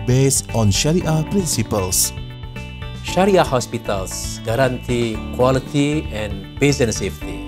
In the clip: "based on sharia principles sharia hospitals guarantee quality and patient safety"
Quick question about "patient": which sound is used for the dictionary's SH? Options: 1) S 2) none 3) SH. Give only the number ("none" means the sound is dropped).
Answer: 1